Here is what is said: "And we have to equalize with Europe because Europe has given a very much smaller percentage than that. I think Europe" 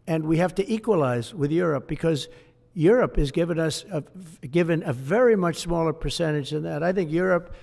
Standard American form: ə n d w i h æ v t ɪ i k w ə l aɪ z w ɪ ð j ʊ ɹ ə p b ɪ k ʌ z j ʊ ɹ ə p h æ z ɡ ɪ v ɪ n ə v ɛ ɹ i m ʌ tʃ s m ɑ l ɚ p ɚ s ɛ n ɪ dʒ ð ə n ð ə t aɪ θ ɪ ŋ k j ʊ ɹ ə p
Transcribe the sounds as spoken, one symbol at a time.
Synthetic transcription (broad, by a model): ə n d w i h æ f t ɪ i k w ə l aɪ z w ɪ ð j ʊ ɹ ə p b ɪ k ʌ z j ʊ ɹ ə p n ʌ s ɡ ɪ v ɪ n ə v ɛ ɹ i m ʌ tʃ s m ɑ l ɚ p ɚ s ɛ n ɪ dʒ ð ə n ð ə t aɪ θ ɪ ŋ k j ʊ ɹ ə p